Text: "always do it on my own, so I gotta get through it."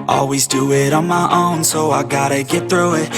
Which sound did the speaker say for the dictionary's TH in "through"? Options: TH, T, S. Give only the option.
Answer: TH